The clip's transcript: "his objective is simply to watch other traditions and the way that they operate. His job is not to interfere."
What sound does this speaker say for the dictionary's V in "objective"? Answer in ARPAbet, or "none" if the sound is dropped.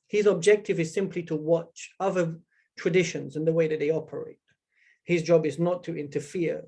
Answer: V